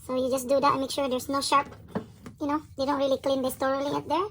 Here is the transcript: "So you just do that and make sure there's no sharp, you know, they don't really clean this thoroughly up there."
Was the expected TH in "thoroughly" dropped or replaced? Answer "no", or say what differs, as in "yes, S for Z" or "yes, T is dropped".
yes, T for TH